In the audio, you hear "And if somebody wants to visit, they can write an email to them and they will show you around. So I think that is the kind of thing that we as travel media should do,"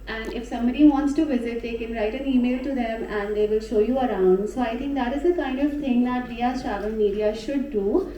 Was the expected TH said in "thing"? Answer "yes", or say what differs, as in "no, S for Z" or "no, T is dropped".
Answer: no, T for TH